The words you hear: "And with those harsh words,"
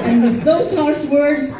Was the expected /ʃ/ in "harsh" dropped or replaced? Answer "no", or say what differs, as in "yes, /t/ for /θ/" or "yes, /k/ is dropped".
yes, /s/ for /ʃ/